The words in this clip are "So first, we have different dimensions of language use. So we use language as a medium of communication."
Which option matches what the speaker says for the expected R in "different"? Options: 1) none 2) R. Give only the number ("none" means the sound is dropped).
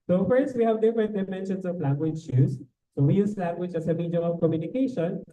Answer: 1